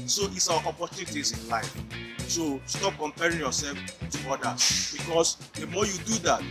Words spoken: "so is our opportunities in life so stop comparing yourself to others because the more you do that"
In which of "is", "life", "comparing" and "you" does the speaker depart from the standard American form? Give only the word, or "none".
is